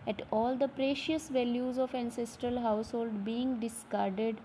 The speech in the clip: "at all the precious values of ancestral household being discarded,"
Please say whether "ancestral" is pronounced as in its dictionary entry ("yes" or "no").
yes